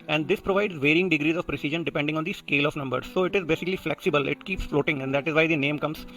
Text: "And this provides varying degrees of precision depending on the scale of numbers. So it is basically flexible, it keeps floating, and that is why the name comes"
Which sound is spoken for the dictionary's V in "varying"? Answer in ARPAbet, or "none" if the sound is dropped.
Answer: V